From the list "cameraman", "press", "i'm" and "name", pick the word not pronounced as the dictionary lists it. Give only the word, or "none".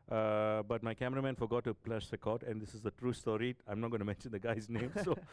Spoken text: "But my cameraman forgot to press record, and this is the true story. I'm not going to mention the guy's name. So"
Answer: press